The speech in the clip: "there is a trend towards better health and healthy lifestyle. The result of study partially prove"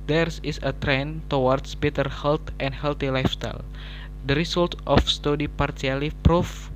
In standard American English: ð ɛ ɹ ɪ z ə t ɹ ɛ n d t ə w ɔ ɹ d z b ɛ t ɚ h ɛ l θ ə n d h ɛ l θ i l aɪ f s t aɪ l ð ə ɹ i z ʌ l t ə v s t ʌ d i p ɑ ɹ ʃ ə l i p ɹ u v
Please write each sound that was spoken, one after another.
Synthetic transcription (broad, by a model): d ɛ ɹ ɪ s ə t ɹ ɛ n t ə w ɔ ɹ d s b ɛ t ɚ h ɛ l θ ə n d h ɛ l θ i l aɪ f s t aɪ l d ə ɹ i s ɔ l t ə f s t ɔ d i p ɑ ɹ s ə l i p ɹ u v